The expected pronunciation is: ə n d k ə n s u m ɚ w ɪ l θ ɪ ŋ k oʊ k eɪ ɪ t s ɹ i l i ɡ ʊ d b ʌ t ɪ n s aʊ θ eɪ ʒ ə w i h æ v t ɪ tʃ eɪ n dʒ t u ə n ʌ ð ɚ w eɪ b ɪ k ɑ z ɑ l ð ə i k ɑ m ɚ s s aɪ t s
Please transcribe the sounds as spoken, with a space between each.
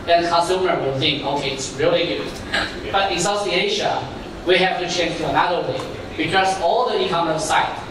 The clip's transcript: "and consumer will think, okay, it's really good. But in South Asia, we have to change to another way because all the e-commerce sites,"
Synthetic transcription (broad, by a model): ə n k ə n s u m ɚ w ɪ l θ ɪ ŋ k oʊ k eɪ ɪ t s ɹ i l i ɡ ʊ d b ʌ t ɪ n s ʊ s eɪ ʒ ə w i h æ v t ɪ tʃ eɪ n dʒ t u ə n ʌ ð ɚ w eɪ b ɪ k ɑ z ɑ l ð ə i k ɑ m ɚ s s aɪ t